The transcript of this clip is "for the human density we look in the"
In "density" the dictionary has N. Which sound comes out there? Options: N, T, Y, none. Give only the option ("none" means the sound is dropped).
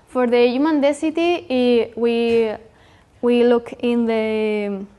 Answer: none